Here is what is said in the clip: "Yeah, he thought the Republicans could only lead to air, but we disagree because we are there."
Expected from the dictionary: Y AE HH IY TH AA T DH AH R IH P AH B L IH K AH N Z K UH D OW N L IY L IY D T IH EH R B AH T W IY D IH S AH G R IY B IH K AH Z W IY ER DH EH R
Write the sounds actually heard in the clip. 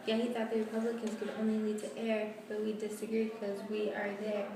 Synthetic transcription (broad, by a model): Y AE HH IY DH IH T DH AH R IH P AH B L IH K AH N Z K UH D OW N L IY N IY D T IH EH R B AH T W IY D IH S AH G R IY K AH Z W IY ER DH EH R